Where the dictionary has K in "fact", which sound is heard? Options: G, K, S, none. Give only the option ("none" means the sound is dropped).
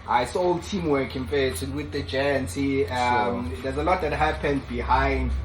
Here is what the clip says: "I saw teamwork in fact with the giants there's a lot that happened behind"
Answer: none